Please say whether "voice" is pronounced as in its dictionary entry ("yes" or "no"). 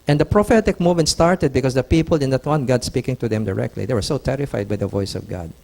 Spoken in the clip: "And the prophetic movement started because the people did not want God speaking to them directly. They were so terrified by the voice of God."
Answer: yes